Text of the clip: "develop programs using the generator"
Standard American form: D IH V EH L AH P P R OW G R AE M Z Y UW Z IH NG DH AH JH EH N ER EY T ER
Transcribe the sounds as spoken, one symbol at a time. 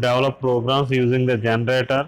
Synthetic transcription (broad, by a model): D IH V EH L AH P P R OW G R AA M S Y UW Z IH NG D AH JH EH N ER EY T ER